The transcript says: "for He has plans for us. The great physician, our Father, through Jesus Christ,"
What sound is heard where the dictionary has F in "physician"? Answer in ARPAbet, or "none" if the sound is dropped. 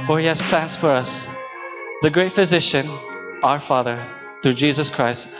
F